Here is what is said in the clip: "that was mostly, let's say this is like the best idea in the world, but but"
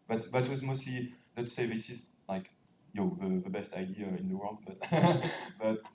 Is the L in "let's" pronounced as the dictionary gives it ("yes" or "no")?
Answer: no